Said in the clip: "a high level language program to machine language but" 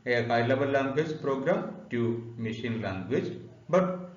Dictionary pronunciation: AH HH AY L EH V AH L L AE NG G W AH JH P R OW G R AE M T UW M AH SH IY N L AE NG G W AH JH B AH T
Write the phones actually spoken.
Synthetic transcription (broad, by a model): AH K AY L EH B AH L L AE NG G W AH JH P R OW G R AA M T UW M AH SH IY N L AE NG G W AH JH B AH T